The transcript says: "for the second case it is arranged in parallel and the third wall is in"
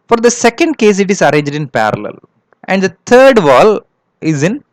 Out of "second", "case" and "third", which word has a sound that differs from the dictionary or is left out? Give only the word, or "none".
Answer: third